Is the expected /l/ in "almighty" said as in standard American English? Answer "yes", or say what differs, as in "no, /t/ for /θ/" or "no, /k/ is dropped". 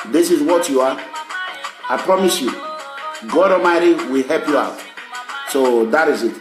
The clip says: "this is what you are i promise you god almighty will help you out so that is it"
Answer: no, /l/ is dropped